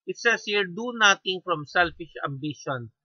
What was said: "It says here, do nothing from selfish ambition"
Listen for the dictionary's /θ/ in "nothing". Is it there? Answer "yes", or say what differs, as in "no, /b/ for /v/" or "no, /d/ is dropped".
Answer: no, /t/ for /θ/